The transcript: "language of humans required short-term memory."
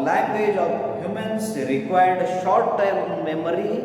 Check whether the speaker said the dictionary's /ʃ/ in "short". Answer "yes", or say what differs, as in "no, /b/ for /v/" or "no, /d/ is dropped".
yes